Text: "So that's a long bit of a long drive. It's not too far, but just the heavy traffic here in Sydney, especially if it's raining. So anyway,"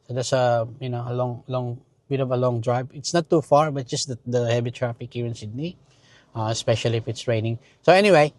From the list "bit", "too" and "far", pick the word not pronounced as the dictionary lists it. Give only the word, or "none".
none